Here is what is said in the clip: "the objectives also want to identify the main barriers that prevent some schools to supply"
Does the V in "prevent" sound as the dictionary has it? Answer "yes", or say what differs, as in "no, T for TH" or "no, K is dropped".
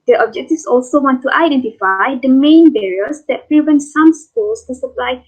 yes